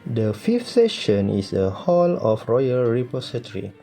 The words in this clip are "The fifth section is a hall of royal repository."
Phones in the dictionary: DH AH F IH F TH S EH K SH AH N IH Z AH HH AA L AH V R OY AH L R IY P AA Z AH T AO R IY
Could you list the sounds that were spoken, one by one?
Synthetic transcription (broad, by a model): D AH F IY F T S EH SH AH N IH S AH HH AA L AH F R OY AH L R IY P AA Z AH T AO R IY